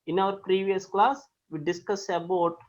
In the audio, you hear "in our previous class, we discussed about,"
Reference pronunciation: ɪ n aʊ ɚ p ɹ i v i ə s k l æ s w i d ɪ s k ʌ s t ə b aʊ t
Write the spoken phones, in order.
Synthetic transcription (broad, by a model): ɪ n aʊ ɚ p ɹ i v i ə s k l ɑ s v i d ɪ s k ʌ s ə b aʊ t